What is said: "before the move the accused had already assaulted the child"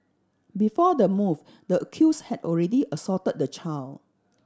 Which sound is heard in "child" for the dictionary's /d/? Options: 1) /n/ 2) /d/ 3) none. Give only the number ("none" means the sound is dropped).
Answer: 3